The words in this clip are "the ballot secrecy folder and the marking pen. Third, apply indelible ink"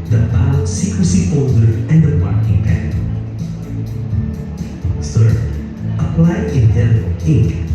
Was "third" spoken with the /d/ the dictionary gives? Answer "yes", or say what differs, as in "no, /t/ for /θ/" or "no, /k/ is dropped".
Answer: no, /d/ is dropped